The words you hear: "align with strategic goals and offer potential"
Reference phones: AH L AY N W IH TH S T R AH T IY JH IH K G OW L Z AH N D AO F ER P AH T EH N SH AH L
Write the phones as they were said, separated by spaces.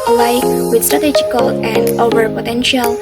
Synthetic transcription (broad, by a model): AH L AY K W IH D S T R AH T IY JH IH K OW L AH N D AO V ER P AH T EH N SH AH L